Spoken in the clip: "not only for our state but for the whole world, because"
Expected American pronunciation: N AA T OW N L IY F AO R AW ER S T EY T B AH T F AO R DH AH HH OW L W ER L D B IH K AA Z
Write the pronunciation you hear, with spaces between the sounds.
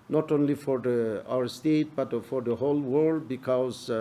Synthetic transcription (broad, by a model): N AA T OW N L IY F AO R AW ER S T EY T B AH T F AO R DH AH HH OW L W ER L D B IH K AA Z